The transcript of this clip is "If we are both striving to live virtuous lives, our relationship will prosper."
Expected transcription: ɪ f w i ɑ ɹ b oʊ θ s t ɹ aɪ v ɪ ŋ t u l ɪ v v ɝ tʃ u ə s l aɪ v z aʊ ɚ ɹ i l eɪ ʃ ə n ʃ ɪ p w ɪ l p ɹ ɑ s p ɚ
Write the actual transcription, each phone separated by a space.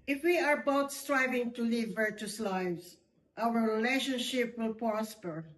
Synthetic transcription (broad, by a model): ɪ f w i ɑ ɹ b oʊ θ s t ɹ aɪ v ɪ ŋ t u l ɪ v v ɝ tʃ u s l aɪ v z aʊ ɚ ɹ i l eɪ ʃ ə n ʃ ɪ p w ɪ l p ɹ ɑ s p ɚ